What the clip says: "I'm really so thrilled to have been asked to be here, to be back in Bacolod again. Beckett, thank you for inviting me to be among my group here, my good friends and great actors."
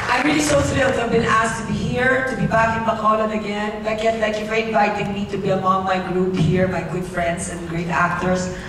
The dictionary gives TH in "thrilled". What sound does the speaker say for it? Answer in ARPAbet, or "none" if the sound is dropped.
S